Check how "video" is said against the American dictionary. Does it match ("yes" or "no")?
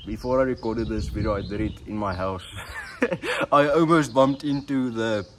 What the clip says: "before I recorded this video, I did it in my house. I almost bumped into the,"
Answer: no